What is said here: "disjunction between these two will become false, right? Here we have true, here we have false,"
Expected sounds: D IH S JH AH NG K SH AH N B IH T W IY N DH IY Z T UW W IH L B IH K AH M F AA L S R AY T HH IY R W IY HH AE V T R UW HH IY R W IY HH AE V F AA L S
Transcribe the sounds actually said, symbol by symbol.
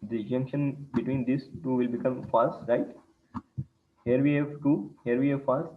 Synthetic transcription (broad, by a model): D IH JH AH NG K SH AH N B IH T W IY N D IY S T UW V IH L B IH K AH M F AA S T R AY T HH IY R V IY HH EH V T UW HH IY R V IY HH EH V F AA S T